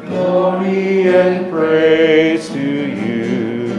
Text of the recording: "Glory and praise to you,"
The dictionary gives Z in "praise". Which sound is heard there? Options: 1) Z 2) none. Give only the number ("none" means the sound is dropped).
2